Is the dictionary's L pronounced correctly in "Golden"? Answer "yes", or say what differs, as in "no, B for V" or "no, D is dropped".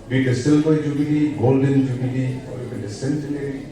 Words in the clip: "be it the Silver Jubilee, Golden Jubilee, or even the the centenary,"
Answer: yes